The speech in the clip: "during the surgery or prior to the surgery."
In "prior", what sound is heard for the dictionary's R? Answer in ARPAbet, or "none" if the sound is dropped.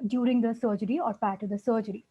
none